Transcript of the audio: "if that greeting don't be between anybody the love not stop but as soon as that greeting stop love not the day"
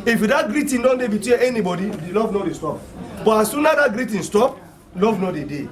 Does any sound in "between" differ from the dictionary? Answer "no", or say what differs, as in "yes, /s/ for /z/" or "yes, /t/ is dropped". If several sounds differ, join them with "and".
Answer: yes, /n/ is dropped